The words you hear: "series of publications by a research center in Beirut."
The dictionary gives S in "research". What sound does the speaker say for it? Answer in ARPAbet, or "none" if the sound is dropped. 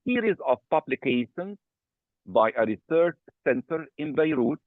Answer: S